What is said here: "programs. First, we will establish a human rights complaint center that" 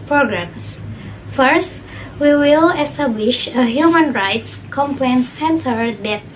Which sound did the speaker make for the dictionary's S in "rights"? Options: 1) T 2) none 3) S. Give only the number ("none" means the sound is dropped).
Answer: 3